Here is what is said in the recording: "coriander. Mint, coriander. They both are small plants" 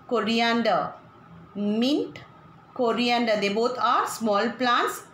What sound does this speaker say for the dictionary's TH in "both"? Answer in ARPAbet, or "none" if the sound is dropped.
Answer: T